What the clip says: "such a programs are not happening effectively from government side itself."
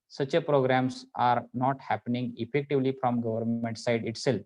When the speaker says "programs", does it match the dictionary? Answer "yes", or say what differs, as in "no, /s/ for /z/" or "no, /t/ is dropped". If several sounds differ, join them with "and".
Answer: no, /s/ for /z/